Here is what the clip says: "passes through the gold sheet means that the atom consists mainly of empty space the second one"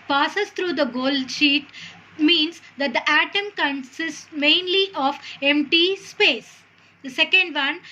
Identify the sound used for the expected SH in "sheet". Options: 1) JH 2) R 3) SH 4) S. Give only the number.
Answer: 3